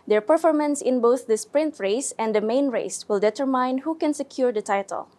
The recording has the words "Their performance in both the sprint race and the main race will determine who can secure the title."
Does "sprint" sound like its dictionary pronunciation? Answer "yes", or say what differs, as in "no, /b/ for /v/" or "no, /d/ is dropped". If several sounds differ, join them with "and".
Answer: yes